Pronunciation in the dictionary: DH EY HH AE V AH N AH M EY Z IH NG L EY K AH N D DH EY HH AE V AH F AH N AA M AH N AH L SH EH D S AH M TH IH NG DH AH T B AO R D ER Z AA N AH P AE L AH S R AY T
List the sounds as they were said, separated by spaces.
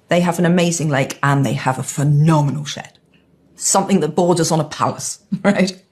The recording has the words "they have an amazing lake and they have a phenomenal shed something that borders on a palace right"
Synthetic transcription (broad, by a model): DH EY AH V AH N AH M EY Z IH NG L EY K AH N DH EY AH V AH F AH N AA M AH N AH L SH EH D S AH M TH IH NG DH AH T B AO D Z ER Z N AH P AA L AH S R AY T